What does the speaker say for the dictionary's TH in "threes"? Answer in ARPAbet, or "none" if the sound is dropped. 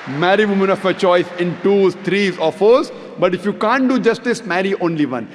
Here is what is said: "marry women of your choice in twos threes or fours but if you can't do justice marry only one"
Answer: T